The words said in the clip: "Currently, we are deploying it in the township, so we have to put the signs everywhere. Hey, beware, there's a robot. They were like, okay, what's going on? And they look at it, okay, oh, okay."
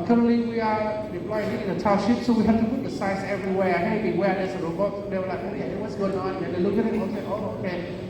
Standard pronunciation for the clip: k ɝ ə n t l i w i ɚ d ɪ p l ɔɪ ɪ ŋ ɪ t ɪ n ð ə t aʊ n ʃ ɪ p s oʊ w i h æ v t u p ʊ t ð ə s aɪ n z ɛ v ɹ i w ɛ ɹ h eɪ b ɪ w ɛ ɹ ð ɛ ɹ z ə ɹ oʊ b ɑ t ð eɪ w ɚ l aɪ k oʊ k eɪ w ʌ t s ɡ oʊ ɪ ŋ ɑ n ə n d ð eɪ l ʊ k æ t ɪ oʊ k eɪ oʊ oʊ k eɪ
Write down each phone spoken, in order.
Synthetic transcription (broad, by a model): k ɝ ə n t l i w i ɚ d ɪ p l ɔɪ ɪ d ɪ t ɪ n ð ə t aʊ ʃ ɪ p s oʊ w i h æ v t u p ʊ t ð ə s aɪ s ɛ v ɹ i w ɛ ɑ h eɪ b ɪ w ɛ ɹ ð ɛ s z ə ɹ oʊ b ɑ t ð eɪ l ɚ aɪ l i eɪ w ʌ t s ɡ oʊ ɪ ŋ ɑ n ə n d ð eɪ l ʊ k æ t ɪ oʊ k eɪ oʊ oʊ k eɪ